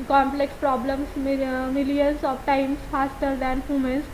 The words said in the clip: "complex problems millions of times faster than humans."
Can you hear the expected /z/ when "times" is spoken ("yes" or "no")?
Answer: no